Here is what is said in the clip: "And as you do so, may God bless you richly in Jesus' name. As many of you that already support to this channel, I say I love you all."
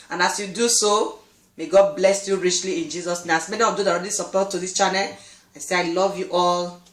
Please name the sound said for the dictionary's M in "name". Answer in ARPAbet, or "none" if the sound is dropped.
none